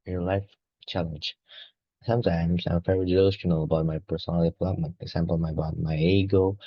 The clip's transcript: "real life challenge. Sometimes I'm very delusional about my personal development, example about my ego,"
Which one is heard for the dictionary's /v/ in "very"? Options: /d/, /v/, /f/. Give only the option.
/f/